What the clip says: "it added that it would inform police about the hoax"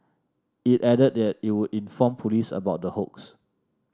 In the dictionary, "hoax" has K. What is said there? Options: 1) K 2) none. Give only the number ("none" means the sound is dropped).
1